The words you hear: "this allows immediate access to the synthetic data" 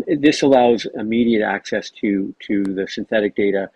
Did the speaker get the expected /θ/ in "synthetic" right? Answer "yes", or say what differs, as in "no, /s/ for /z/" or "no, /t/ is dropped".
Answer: yes